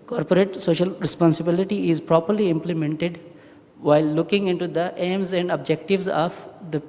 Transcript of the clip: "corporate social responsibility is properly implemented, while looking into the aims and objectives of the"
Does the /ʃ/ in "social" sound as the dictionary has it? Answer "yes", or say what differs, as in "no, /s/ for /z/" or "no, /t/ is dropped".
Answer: yes